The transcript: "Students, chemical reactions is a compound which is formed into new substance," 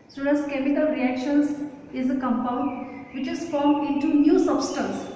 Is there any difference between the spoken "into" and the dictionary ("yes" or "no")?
no